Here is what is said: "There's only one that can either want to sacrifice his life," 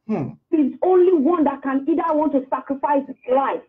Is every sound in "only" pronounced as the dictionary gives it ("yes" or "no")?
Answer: yes